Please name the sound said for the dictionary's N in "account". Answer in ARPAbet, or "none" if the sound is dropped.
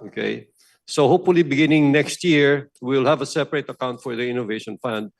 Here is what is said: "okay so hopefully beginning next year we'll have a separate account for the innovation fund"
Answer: N